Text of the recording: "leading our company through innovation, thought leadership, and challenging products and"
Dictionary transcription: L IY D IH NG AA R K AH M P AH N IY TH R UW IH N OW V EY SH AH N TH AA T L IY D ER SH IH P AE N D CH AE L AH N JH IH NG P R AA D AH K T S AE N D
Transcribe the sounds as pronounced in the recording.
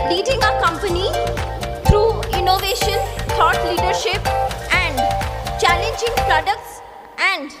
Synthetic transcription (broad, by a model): L IY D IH NG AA K AH M P AH N IY T R UW IH N OW V EY SH AH N T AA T L IY D ER SH IH P AE N D CH AE L AH N JH IH NG P R AA D AH K T S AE N D